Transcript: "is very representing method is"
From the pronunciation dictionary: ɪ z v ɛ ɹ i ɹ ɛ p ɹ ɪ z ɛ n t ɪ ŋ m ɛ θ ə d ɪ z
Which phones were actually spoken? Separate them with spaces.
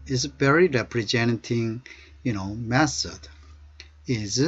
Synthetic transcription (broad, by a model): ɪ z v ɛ ɹ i ɹ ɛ p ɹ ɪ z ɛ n t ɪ ŋ m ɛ s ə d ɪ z